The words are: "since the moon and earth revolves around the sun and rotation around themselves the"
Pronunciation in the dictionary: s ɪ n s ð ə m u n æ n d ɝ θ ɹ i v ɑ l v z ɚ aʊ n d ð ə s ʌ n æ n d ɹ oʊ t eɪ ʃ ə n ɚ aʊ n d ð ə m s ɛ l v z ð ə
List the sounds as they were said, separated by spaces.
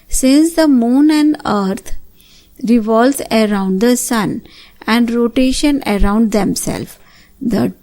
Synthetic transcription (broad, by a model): s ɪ n s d ə m u n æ n d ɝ t ɹ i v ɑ l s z ɚ aʊ n d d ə s ʌ n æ n d ɹ oʊ t eɪ ʃ ə n ɚ aʊ n d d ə m s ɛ l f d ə